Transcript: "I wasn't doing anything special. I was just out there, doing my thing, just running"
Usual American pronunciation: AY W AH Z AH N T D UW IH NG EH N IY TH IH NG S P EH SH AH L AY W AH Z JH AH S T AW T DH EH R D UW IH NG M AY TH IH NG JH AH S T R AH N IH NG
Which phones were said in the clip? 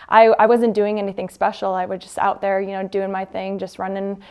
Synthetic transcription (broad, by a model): AY W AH Z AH N D UW IH NG EH N IY TH IH NG S P EH SH L AY W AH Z JH AH S T AW T DH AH R D UW IH NG M AY TH IH NG JH AH S T R AH N IH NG